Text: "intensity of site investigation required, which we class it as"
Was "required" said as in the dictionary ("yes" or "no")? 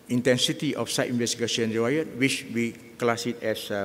no